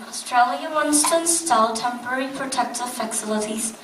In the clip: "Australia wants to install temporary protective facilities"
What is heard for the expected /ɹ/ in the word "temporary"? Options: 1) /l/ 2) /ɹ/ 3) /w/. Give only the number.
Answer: 2